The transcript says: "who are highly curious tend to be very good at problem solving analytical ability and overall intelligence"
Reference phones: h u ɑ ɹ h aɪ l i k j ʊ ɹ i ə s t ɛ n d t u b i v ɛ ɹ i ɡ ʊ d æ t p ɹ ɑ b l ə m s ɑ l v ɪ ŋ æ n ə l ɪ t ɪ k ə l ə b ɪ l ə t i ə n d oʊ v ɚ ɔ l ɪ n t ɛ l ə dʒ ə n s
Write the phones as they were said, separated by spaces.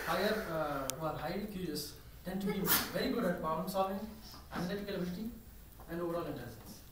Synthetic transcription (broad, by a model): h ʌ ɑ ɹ h aɪ l i k j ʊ ɹ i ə s t ɛ n d t u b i v ɛ ɹ i ɡ ʊ d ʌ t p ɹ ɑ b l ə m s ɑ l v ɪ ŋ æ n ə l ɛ t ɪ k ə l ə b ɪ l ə t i ə n d oʊ v ɚ ɔ l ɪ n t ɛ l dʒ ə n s